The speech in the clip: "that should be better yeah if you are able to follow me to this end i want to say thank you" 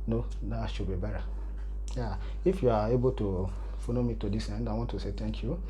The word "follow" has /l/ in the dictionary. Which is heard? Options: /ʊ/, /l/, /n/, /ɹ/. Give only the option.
/n/